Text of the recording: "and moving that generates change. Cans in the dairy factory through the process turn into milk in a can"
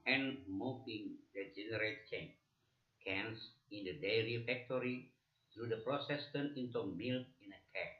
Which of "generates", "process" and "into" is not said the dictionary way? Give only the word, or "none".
generates